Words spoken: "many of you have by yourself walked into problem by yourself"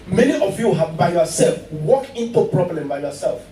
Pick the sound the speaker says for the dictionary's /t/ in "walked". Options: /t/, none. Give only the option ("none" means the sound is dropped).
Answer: none